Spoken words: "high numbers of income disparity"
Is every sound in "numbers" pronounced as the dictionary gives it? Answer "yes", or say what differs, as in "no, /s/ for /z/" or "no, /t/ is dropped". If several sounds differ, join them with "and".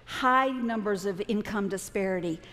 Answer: yes